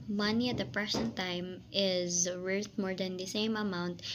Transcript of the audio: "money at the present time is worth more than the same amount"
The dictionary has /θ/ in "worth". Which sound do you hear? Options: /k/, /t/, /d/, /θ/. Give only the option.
/t/